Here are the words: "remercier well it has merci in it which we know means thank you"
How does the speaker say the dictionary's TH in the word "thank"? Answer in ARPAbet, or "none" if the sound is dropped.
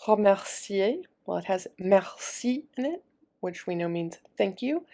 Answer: TH